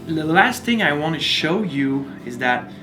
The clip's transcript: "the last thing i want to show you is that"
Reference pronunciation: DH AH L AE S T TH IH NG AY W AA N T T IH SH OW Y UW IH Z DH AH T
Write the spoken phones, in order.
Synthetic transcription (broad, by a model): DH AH L AE S T TH IH NG AY W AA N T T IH SH OW Y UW IH Z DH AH T